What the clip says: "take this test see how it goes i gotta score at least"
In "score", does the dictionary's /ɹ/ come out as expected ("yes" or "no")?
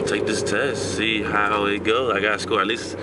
no